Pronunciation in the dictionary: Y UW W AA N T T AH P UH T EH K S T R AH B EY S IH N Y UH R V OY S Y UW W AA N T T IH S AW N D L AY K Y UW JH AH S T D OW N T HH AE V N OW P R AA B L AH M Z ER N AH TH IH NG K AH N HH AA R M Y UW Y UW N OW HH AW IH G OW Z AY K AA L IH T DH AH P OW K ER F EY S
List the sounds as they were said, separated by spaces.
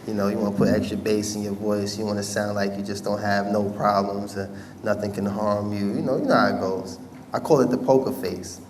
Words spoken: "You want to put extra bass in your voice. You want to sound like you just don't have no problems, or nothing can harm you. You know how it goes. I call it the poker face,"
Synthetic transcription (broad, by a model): Y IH W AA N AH P UH T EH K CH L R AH B EY S IH N Y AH R V OY S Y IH W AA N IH S AW N D L AY K Y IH JH AH S D OW N T HH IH V N OW P R AA B L AH M Z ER N AH TH IH NG K AH N HH AA R M Y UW Y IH N OW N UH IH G OW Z AY K AA L IH T DH AH P OW K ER F EY S